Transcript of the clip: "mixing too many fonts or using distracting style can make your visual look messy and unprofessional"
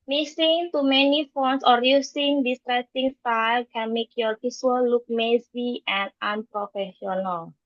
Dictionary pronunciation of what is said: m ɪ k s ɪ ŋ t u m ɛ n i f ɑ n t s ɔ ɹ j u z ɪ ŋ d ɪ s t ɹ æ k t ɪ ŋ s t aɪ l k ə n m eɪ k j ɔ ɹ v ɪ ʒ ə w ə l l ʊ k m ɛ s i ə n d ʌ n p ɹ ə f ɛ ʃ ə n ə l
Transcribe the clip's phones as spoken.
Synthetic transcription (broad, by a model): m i s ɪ ŋ t u m ɛ n i f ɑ n s ɔ ɹ j u s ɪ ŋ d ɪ s t ɹ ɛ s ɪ ŋ s t aɪ l k ə n m eɪ k j ɔ ɹ p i s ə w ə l l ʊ k m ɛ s i ə n d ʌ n p ɹ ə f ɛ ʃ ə n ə l